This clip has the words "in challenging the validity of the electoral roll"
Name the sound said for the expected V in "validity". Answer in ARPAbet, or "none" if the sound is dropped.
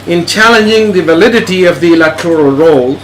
V